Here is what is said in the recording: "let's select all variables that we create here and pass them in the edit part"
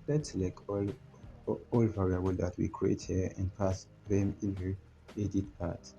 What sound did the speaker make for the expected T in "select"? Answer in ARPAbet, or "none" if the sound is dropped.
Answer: none